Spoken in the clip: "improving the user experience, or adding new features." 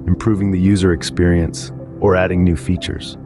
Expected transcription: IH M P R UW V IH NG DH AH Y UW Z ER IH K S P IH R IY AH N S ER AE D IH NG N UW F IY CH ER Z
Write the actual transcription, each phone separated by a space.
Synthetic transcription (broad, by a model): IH M P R UW V IH NG DH AH Y UW Z ER IH K S P IH R IY AH N S ER AE D IH NG N UW F IY CH ER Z